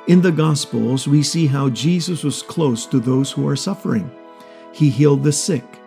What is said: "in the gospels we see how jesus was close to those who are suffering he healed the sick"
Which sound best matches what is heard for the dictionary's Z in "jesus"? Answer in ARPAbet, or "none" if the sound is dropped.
Z